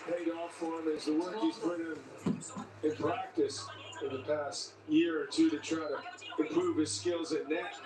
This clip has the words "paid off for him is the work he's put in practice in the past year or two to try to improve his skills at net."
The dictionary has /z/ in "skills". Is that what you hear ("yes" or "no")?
yes